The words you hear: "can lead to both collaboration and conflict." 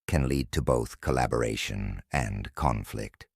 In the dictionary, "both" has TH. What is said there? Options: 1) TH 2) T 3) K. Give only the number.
1